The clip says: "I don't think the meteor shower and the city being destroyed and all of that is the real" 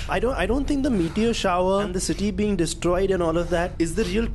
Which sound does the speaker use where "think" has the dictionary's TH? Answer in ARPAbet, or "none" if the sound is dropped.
T